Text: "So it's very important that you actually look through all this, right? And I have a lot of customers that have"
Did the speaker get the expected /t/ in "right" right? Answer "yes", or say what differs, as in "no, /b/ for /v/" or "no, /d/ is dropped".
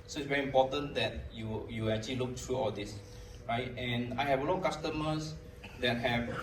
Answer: yes